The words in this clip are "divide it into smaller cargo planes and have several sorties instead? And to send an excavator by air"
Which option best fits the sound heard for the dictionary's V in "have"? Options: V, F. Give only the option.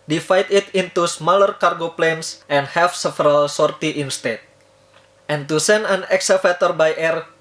F